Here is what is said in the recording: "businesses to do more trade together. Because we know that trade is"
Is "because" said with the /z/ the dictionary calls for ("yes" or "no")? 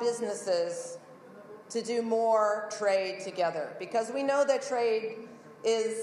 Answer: yes